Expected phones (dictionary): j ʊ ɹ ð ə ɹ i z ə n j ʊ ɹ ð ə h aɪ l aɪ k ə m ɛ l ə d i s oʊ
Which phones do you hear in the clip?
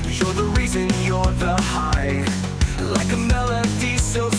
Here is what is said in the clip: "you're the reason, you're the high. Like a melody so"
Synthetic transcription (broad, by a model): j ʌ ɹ ð ə ɹ i z ə n j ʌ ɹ ð ə h aɪ l aɪ k ə m ɛ l ə d i s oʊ